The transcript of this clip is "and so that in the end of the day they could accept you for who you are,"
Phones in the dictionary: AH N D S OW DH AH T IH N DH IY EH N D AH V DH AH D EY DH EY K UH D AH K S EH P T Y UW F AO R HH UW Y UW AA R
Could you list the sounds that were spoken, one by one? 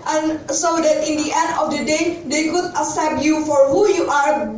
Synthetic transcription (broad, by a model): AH N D S OW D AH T IH N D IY EH N D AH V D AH D EY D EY K UH D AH S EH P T Y UW F AO R HH UW Y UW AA R